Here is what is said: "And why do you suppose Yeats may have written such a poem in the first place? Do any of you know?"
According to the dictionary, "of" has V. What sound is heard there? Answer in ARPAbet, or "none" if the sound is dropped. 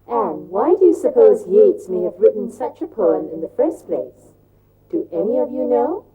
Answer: V